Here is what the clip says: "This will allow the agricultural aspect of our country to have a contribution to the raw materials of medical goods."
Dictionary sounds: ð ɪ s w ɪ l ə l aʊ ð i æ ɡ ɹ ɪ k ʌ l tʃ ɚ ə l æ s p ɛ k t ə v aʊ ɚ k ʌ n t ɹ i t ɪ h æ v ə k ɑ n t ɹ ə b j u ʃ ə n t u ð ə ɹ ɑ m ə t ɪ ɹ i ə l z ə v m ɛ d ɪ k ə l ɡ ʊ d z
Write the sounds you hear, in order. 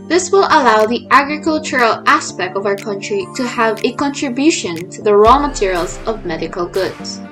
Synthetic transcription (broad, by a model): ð ɪ s w ɪ l ə l aʊ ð i æ ɡ ɹ ɪ k ʌ l tʃ ɚ ə l æ s p ɛ k t ə v aʊ ɚ k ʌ n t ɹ i t ɪ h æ v ə k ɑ n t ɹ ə b j u ʃ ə n t u ð ə ɹ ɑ m ə t ɪ ɹ i ə l z ə v m ɛ d ɪ k ə l ɡ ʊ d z